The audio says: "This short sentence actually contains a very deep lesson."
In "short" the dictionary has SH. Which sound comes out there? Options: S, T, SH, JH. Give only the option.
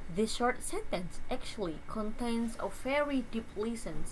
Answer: SH